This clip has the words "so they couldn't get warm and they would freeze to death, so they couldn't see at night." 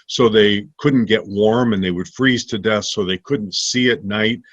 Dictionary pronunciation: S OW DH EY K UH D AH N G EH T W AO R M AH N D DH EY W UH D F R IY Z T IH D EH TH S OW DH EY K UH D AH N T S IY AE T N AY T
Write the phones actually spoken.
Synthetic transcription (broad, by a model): S OW DH EY K UH D N G EH T W AO R M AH N DH EY W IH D F R IY Z T IH D EH TH S OW DH EY K UH D N T S IY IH T N AY T